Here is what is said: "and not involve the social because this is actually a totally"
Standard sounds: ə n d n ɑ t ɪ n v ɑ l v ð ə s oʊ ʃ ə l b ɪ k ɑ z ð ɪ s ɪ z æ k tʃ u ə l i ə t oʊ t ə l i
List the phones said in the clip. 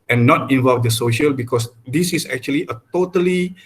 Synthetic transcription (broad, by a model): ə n n ɑ t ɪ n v ɑ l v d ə s oʊ ʃ ə l b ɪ k ɑ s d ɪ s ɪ s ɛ k tʃ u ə l i ə t oʊ t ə l i